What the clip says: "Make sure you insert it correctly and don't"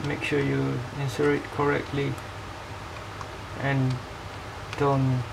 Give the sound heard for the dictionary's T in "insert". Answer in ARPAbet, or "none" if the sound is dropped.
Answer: none